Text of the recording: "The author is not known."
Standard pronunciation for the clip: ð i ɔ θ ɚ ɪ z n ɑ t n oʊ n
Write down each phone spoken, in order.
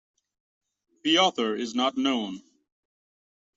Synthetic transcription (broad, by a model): ð i ɔ θ ɚ ɪ z n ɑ t n oʊ n